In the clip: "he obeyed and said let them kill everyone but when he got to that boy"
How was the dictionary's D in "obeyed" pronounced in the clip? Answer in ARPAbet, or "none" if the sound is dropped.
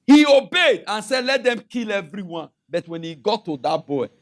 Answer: D